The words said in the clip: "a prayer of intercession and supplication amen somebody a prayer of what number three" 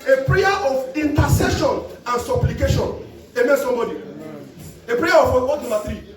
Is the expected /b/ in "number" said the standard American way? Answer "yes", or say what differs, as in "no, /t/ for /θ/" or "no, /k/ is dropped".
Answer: no, /b/ is dropped